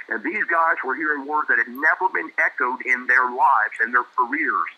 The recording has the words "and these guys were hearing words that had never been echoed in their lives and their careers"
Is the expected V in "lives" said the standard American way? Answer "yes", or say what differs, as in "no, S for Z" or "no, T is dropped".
yes